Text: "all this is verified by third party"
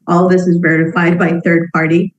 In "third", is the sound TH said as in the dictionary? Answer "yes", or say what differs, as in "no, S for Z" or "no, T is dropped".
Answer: yes